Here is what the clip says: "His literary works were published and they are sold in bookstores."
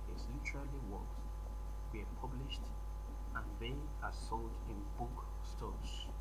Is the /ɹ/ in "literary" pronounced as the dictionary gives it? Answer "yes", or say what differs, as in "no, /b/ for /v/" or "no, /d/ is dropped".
no, /l/ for /ɹ/